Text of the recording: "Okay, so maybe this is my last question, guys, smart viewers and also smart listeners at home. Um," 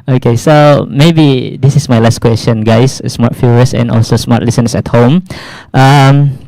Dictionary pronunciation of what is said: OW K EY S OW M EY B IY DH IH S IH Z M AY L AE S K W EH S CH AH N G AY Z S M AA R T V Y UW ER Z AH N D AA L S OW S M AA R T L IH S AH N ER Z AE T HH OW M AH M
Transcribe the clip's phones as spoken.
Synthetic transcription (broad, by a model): OW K EY S OW M EY B IY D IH S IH S M AY L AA S K W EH S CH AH N G AY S S M AA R T F Y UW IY S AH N AA L S OW S M AA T L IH S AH N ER S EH T HH OW M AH M